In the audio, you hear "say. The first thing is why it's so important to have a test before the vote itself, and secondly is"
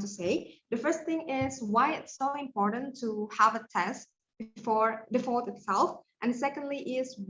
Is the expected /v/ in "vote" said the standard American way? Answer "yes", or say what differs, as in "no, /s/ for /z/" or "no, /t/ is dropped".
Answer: no, /f/ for /v/